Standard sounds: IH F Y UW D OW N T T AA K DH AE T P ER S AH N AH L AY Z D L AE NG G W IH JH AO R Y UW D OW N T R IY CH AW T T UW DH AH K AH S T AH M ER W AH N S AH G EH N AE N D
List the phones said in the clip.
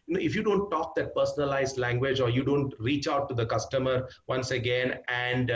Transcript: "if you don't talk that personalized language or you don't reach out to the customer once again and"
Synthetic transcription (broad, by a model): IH F Y UW D OW N T T AA K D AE T P ER S AH N AH L AY Z D L AE NG G W IH JH AO R Y UW D OW N T R IY CH AW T T UW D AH K AH S T AH M ER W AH N S AH G EH N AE N D